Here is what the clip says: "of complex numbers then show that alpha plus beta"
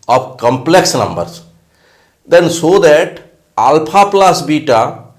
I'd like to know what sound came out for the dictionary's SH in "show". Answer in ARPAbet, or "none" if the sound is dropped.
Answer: S